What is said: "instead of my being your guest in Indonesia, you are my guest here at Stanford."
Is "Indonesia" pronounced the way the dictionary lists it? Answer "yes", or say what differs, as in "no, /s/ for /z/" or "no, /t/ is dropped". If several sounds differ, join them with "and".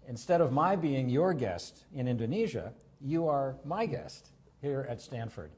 yes